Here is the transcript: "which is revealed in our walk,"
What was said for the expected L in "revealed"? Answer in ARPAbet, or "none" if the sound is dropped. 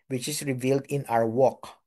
L